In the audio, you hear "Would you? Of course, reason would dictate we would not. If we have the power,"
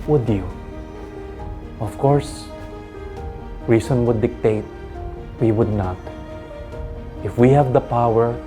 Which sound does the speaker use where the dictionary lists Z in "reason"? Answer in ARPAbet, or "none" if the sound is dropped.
S